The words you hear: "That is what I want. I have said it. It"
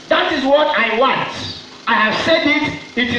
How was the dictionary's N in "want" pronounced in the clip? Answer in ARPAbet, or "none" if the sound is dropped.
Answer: N